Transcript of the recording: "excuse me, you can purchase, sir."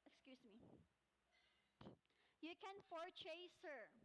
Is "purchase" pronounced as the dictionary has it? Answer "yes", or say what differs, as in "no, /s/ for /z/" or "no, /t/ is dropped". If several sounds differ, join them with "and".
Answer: no, /f/ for /p/